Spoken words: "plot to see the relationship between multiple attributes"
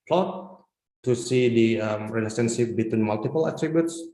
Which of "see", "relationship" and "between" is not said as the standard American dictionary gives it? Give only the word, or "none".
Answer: relationship